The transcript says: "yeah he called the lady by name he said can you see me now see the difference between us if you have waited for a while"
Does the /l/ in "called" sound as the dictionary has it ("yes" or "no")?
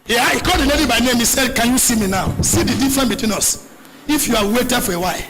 no